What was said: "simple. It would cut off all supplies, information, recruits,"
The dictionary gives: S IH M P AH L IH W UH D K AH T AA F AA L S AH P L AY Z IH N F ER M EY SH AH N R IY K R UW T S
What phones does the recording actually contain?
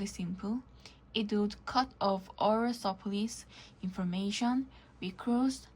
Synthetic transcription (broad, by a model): S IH M P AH L IH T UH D K AH T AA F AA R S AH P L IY S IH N F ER M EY SH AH N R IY K R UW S